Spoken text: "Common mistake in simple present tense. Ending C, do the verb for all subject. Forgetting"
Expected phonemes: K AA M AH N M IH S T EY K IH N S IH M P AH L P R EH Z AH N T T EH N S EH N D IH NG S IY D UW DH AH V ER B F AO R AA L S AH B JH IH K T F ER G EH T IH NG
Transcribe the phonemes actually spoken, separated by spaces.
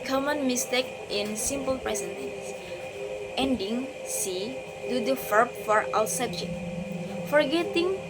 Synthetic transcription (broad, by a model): K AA M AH N M IH S T EY K IH N S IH M P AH L P R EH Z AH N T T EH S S EH N D IH NG S IY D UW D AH F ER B F AO R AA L S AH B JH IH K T F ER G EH T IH NG